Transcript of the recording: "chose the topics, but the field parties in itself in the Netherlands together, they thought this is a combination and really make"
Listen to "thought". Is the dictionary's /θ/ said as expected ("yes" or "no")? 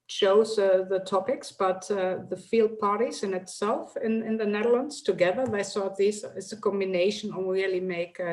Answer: no